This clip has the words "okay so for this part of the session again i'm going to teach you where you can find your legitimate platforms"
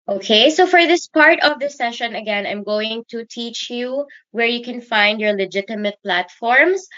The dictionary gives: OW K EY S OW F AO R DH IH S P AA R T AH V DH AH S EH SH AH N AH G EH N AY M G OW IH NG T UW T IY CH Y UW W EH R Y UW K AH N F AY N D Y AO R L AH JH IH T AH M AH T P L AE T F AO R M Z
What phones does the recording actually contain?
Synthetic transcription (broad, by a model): OW K EY S OW F AO R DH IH S P AA R T AH V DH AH S EH SH AH N AH G EH N AY M G OW IH NG T UW T IY CH Y UW W EH R Y UW K AH N F AY N D Y AO R L AH JH IH T AH M AH T P L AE T F AO R M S